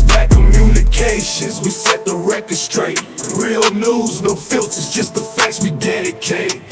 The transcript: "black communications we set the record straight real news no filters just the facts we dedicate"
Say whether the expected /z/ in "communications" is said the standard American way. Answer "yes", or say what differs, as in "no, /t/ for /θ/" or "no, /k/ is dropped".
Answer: yes